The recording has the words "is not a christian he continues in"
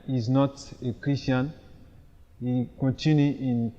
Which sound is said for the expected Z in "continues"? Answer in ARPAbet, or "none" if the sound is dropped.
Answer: none